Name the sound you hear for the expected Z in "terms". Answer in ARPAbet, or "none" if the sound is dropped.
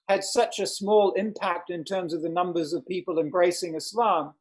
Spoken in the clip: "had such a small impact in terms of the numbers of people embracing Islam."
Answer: Z